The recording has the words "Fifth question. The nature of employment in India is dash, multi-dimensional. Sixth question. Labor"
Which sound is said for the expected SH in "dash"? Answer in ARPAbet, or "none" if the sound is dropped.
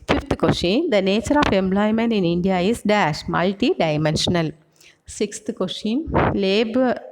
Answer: SH